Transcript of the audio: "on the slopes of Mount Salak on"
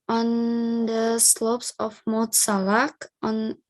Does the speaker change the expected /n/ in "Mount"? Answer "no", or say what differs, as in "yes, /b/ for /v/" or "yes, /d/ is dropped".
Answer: yes, /n/ is dropped